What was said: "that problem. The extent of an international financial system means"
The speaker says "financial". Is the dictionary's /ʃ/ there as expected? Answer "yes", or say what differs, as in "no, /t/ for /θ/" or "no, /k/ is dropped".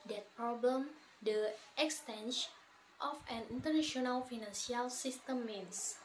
no, /s/ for /ʃ/